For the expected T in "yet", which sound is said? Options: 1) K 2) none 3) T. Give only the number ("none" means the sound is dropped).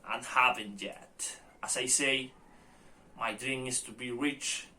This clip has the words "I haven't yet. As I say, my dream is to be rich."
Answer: 3